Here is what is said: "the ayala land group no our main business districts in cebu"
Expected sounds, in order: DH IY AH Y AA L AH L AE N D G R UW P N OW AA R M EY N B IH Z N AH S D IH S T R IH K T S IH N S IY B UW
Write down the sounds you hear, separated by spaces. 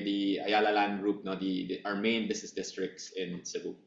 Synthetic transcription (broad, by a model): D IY AH Y AA L AH L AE N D R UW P N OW AA R M EY N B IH S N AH S D IH S T R IH K T S IH N S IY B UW